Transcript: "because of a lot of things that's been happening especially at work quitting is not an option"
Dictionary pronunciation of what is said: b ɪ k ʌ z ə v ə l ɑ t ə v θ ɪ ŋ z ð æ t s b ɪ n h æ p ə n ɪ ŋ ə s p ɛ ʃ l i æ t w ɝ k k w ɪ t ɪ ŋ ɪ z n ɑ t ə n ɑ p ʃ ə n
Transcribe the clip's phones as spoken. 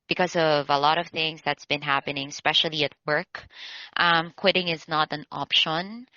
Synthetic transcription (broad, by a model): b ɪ k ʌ z ə v ə l ɑ t ə v θ ɪ ŋ z ð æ t s b ɪ n h æ p ə n ɪ ŋ s p ɛ ʃ l i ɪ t w ɝ k k w ɪ t ɪ ŋ ɪ z n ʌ t ə n ɑ p ʃ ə n